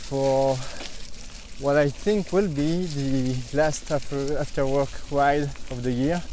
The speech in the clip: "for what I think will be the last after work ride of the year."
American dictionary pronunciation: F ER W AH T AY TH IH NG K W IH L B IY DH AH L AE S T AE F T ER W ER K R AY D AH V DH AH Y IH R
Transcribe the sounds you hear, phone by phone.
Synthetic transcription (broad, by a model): F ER W AH T AY TH IH NG K W IH L B IY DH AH L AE S T AE F T ER W ER K W AY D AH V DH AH Y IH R